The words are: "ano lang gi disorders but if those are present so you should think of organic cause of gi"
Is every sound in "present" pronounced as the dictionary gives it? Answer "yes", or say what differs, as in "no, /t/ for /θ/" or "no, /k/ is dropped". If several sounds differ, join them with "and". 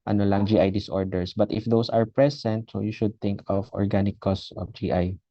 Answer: no, /s/ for /z/